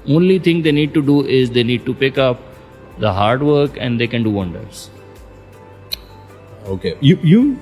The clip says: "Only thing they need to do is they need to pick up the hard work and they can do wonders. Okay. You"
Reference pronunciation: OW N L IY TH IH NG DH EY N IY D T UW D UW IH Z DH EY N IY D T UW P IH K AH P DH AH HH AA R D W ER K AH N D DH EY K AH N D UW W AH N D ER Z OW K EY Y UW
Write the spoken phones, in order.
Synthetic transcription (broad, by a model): OW N L IY T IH NG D EY N IY D T UW D UW IH Z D EY N IY D T UW P IH K AH P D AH HH AA R D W ER K AH N D EY K AH N D UW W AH N D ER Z OW K EY Y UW